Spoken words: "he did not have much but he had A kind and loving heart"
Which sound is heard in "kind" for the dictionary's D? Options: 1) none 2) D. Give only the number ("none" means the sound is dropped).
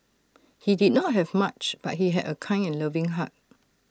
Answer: 1